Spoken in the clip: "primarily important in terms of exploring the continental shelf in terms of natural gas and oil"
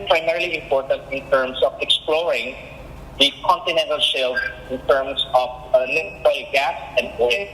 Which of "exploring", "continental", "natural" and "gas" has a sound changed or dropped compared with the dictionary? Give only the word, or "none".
natural